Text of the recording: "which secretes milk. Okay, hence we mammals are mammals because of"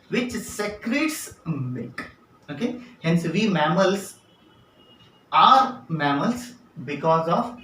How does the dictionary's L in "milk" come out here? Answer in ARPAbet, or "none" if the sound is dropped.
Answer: none